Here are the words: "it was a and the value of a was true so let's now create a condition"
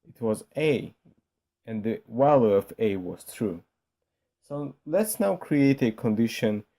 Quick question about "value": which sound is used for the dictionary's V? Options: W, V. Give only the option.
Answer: W